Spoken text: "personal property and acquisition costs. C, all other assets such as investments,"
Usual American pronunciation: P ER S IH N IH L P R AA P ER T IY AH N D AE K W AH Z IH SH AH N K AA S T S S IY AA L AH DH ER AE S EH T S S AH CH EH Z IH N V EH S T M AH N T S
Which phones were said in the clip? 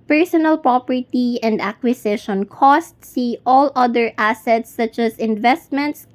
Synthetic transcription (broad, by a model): P ER S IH N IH L P R AA P ER T IY AH N D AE K W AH S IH SH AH N K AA S T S S IY AA L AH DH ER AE S EH T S S AH CH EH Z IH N V EH S T M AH N T S